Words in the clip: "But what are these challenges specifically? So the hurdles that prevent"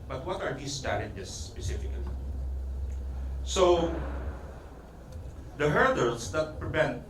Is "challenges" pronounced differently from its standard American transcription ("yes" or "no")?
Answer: yes